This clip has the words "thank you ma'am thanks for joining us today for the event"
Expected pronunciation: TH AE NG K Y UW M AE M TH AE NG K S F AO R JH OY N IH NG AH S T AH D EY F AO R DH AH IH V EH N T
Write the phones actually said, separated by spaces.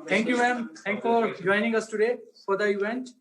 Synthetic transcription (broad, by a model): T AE NG K Y UW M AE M T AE NG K F AO R JH OY N IH NG AH S T AH D EY F AO R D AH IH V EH N T